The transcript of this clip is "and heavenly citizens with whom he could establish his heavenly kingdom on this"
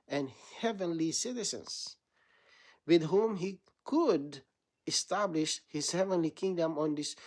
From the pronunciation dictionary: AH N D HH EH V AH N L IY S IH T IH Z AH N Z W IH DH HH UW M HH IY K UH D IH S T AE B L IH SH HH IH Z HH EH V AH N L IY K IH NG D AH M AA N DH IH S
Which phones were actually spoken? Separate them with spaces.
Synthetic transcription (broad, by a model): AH N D HH EH V AH N L IY S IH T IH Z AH N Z W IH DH HH UW M HH IY K UH D IH S T AE B L IH SH HH IH Z HH EH V AH N L IY K IH NG D AH M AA N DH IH S